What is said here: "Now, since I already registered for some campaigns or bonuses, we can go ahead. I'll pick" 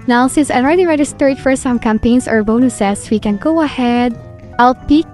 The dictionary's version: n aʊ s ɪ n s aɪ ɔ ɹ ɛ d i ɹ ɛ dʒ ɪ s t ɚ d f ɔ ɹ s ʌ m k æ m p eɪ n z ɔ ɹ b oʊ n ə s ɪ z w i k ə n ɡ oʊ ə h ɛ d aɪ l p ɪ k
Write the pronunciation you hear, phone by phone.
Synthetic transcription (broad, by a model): n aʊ s ɪ n s aɪ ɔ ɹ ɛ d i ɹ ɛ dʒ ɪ s t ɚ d f ɔ ɹ s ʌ m k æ m p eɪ n s ɔ ɹ b oʊ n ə s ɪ s w i k ə n ɡ oʊ ə h ɛ d aɪ l p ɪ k